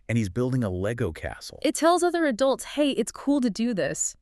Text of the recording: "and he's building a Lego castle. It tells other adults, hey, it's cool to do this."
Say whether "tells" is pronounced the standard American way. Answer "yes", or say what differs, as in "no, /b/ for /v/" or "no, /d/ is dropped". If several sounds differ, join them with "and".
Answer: yes